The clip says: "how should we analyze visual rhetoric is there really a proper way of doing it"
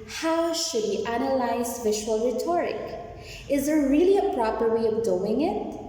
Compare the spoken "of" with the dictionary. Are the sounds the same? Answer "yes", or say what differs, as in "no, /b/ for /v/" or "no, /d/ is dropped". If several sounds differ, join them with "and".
yes